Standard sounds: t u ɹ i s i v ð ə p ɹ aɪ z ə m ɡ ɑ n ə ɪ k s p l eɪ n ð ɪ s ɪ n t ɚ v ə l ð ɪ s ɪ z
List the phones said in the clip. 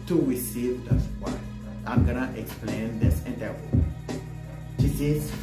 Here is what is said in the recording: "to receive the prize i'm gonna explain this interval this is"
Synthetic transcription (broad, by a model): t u ɹ i s i v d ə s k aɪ ə m ɡ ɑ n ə ɪ k s p l eɪ n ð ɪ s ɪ n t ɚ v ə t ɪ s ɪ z